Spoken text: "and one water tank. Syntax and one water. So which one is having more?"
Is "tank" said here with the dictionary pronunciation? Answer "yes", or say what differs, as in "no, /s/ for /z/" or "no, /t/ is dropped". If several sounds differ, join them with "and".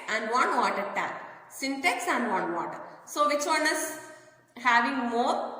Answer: no, /ŋ/ is dropped